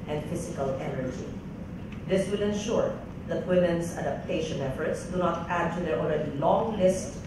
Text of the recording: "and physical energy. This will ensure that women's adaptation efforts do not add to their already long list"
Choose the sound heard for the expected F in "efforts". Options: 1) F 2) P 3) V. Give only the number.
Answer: 1